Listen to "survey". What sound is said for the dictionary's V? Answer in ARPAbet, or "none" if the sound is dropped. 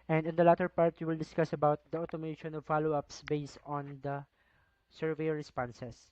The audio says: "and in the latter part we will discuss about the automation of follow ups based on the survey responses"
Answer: V